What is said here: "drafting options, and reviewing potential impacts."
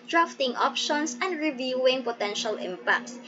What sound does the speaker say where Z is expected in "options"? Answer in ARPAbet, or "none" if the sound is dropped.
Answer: S